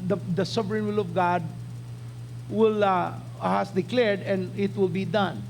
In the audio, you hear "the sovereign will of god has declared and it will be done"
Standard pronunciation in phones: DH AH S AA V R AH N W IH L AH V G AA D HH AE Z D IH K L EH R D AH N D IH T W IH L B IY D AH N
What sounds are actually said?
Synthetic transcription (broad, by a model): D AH S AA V R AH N W IH L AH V G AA D HH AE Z D IH K L EH R D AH N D IH T W IH L B IY D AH N